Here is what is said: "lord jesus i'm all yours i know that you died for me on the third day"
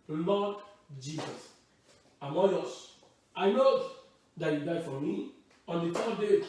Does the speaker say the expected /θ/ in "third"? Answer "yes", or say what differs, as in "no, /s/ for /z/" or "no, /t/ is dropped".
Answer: no, /f/ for /θ/